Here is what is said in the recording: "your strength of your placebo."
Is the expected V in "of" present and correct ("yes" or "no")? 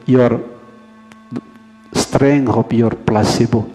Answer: no